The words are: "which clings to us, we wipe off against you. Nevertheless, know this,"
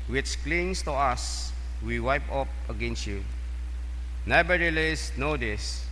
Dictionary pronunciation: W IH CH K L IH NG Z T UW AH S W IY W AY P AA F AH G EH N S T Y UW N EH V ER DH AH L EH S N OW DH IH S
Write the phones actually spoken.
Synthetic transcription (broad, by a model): W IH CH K L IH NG S T UW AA S W IY W AY P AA P AH G EH N S T Y UW N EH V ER AH L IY S N OW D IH S